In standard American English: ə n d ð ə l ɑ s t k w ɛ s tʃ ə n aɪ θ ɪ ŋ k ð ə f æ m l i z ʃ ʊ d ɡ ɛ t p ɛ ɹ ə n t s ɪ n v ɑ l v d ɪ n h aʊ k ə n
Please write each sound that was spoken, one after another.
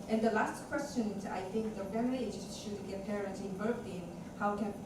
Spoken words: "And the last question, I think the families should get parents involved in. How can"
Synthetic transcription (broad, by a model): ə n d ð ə l ɑ s t k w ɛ s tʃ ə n aɪ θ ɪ ŋ k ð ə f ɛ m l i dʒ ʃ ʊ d ɡ ɛ t p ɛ ɹ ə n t ɪ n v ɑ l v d ɪ n h aʊ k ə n